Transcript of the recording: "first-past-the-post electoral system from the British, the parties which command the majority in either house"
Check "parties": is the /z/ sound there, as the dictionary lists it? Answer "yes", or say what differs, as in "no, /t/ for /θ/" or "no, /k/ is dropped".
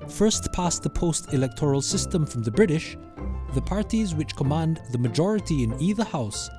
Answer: yes